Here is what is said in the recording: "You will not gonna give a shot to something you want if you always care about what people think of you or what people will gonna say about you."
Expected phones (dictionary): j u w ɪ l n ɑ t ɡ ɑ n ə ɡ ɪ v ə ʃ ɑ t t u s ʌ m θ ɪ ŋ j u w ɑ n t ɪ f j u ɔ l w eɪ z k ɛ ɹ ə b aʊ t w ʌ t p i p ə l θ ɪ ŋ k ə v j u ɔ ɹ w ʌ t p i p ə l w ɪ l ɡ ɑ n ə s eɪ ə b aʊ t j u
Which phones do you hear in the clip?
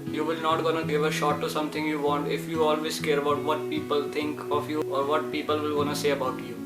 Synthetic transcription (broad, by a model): j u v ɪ l n ɑ t ɡ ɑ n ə ɡ ɪ v ə ʃ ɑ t t u s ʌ m t ɪ ŋ j u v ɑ n t ɪ f j u ɔ l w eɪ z k ɛ ɹ ə b aʊ t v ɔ t p i p ə l t ɪ ŋ k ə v j u ɔ ɹ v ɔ t p i p ə l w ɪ l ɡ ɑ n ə s eɪ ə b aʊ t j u